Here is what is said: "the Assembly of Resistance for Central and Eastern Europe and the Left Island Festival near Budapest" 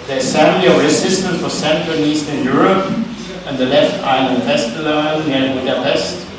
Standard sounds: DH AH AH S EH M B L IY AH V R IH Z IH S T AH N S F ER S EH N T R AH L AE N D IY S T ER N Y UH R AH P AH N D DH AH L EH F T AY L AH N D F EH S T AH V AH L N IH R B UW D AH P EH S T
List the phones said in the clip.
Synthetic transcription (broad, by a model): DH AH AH S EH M L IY AH V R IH S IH S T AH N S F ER S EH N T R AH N IY S T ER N Y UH R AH P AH N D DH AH L EH F T AY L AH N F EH S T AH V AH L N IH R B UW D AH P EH S T